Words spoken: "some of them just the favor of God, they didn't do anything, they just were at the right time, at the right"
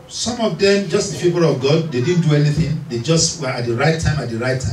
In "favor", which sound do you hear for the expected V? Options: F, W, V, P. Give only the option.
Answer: P